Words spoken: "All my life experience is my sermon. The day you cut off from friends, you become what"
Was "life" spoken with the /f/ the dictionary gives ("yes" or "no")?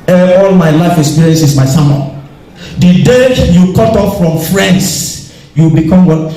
yes